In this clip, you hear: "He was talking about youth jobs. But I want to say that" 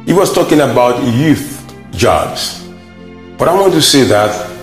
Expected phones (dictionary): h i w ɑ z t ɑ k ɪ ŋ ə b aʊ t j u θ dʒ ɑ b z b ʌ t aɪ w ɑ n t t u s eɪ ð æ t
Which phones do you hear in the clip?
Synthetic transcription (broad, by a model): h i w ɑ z t ɑ k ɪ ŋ ə b aʊ t j u θ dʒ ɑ b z b ʌ t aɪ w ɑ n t t u s eɪ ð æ t